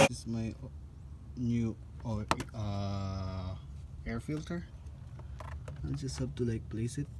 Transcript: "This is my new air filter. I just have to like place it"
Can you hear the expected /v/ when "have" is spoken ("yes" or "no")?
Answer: no